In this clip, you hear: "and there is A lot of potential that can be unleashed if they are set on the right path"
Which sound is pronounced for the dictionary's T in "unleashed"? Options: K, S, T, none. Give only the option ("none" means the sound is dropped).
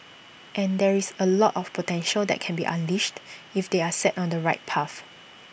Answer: T